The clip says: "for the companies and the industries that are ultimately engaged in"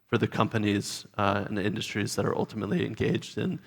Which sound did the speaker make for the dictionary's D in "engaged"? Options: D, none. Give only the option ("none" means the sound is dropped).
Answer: D